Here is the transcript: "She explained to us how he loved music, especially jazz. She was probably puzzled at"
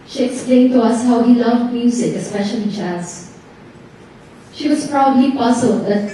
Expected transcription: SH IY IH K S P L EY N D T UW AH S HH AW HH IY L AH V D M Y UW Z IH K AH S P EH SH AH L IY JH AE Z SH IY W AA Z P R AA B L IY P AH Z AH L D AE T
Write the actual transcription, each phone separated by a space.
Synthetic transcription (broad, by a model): SH IY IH K S P L EY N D T UW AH S HH AW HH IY L AH V D M Y UW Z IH K AH S P EH SH AH L IY CH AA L SH IY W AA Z P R AA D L IY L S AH D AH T